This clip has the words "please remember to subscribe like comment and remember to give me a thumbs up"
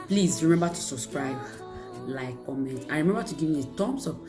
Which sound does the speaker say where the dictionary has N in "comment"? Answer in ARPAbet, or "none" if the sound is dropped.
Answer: N